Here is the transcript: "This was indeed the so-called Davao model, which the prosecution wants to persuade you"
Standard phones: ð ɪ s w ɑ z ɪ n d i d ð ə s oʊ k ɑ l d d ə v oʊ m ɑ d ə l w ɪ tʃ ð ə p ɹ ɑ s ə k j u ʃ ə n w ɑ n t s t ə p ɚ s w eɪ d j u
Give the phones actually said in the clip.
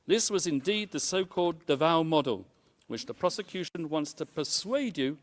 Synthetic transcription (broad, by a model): ð ɪ s w ɑ z ɪ n d i d ð ə s oʊ k ɑ l d d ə v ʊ m ɑ d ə l w ɪ tʃ ð ə p ɹ ɑ s ə k j u ʃ ə n w ɑ n t s t ə p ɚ s w eɪ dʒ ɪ